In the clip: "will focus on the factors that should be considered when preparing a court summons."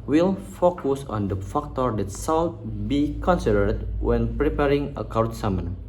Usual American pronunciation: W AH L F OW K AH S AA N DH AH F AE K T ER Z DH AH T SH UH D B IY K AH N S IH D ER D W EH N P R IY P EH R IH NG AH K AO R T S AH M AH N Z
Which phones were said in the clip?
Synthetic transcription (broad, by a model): W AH L F OW K AH S AA N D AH F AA K T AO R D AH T S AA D B IY K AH N S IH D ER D W EH N P R IY P EH R IH NG AH K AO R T S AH M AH N